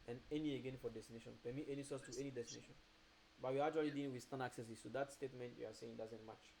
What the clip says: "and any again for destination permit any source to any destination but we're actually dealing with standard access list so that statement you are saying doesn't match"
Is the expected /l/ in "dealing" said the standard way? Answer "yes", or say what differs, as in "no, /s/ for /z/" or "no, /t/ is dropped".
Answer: no, /l/ is dropped